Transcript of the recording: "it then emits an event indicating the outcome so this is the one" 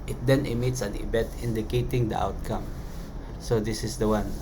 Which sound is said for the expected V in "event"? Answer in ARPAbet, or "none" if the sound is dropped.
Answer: B